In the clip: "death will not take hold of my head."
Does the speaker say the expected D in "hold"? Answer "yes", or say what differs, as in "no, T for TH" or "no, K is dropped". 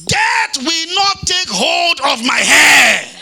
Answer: yes